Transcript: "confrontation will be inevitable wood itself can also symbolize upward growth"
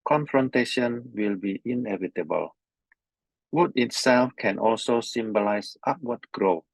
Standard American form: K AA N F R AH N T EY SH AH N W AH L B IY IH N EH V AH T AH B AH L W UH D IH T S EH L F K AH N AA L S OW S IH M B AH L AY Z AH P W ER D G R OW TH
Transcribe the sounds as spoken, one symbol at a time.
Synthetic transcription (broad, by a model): K AA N F R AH N T EY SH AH N W AH L B IY IH N EH V AH T AH B AH L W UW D IH T S EH L F K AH N AA L S OW S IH M B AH L AY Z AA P W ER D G R OW